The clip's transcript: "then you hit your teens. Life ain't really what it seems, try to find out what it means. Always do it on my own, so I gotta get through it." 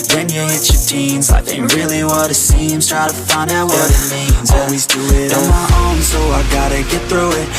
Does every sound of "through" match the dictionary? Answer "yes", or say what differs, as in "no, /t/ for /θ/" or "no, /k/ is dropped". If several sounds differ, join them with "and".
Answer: yes